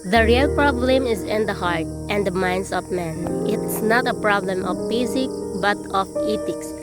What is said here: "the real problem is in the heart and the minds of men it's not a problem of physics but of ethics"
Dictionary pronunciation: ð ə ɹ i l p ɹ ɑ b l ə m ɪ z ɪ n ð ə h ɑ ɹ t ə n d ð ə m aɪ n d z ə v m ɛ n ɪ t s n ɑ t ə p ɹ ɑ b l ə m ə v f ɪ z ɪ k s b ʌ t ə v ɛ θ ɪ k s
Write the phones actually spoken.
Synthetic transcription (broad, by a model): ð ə ɹ i l p ɹ ɑ b l ə m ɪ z ɪ n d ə h ɑ ɹ t ə n d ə m aɪ n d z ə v m ɛ n ɪ t s n ɑ t ə p ɹ ɑ b l ə m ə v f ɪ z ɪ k b ʌ t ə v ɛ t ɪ k s